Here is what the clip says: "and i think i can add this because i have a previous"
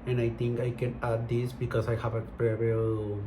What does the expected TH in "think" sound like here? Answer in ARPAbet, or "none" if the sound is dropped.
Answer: T